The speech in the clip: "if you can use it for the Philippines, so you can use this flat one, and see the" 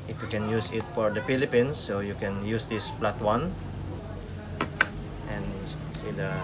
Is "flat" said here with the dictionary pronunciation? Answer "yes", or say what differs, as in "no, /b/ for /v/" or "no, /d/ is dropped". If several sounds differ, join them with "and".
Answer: no, /p/ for /f/